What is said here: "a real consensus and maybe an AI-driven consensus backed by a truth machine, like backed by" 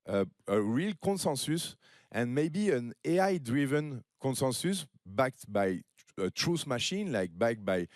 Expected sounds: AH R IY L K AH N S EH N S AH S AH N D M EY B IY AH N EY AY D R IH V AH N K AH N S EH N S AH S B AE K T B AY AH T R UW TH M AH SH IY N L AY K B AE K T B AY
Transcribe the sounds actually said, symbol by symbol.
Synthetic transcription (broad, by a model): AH R IY L K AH N S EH N S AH S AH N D M EY B IY AH N EY AY D R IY V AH N K AH N S EH N S AH S B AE K T B AY AH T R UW S M AH SH IY N L AY K B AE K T B AY